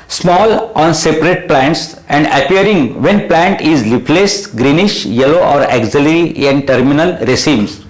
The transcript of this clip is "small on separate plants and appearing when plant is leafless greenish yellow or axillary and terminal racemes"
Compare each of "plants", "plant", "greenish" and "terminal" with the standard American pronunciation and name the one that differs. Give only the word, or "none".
none